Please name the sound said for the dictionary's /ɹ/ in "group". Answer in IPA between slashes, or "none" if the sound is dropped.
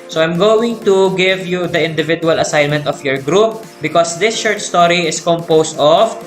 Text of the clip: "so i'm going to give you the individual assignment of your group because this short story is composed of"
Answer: /ɹ/